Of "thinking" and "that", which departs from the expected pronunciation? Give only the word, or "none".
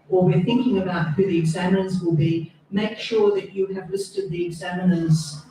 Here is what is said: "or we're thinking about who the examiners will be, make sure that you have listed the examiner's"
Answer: none